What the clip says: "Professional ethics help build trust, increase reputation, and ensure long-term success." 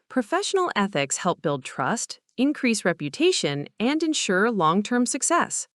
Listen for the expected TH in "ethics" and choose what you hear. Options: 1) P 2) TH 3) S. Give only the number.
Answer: 2